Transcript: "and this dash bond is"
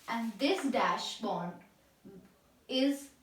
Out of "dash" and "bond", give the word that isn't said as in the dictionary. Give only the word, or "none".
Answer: bond